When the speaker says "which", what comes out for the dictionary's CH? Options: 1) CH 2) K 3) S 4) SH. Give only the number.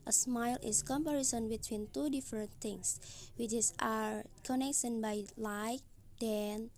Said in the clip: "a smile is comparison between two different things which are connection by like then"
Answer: 3